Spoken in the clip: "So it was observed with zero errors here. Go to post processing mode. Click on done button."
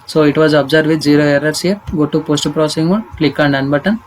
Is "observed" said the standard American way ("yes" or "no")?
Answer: no